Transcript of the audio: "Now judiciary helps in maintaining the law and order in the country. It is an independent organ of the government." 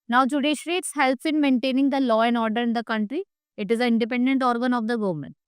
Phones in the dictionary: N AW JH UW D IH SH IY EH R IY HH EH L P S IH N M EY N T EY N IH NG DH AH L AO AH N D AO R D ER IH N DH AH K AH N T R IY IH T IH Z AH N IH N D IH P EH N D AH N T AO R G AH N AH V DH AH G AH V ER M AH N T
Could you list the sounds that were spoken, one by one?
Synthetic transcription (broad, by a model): N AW JH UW D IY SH R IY HH EH L P S IH N M EY N T EY N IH NG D AH L AO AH N AO R D ER IH N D AH K AH N T R IY IH T IH Z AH IH N D IH P EH N D AH N T AO R G AH N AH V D AH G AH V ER M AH N T